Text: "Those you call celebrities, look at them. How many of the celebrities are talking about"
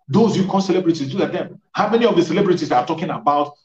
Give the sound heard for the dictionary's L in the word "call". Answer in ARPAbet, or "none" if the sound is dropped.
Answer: N